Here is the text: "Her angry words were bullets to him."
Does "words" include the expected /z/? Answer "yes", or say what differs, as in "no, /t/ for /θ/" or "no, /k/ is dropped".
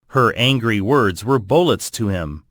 yes